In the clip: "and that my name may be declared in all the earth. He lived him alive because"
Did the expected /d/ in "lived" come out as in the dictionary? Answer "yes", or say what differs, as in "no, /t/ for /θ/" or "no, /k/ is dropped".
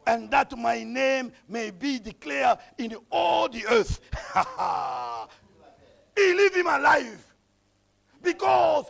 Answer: no, /d/ is dropped